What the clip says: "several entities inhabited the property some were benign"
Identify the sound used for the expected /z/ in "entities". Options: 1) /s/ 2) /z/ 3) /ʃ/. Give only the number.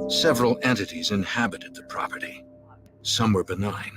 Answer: 2